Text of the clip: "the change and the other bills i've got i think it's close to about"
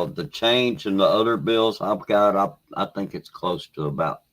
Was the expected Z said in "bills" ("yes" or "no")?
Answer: yes